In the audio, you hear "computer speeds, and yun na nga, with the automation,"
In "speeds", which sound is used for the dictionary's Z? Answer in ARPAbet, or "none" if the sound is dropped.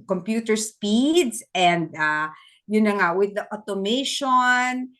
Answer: S